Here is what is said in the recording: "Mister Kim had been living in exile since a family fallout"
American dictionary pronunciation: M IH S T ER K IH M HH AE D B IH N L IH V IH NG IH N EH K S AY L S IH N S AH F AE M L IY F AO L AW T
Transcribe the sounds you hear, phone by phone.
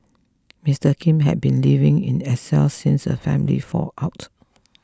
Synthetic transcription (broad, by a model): M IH S T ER K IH M HH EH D B IH N L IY V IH NG IH N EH S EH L S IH N S AH F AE M L IY F AO AW T